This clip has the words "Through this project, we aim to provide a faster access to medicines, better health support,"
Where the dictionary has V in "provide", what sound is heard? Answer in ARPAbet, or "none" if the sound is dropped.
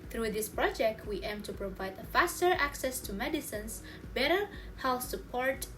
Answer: V